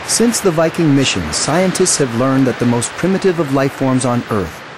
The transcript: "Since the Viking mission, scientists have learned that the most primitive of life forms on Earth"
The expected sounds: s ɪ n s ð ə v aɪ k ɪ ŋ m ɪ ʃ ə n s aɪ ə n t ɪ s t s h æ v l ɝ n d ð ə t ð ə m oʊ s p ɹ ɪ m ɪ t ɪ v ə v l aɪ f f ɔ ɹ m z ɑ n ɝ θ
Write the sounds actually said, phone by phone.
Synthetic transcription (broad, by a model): s ɪ n s ð ə v aɪ k ɪ ŋ m ɪ ʃ ə n s aɪ ə n t ɪ s t s h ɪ v l ɝ n ð ə t ð ə m oʊ s p ɹ ɪ m ɪ t ɪ v ə v l aɪ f f ɔ ɹ m z n ɝ θ